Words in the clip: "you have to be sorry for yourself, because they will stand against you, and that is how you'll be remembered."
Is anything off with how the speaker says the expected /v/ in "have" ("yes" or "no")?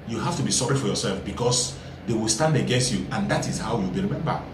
yes